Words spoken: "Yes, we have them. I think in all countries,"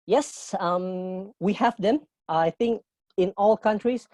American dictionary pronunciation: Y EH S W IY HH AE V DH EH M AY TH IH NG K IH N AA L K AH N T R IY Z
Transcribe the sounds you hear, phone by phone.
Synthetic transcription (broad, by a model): Y EH S W IY HH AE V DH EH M AY TH IH NG K IH N AA L K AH N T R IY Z